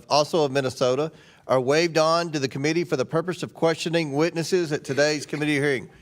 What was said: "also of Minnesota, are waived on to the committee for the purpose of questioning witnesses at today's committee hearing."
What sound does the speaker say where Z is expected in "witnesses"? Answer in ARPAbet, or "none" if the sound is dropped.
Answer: Z